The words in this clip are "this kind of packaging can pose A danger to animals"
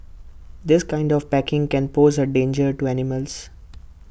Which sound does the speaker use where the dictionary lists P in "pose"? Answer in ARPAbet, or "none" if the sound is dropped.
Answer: P